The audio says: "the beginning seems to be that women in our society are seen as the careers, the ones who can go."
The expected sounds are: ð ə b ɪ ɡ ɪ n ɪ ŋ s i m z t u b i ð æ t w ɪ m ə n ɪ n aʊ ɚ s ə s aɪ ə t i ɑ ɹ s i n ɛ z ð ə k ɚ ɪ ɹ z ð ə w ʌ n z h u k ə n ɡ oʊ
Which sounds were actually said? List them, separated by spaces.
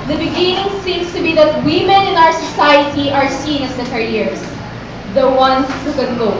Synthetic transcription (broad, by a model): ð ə b ɪ ɡ ɪ n ɪ ŋ s i m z t u b i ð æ t w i m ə n ɪ n aʊ ɚ s ə s aɪ ə t i ɑ ɹ s i n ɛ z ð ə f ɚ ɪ ɹ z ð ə w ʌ n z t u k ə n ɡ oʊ